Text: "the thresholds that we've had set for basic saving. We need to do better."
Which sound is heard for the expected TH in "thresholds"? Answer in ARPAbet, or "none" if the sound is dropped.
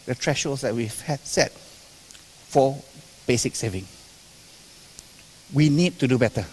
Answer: T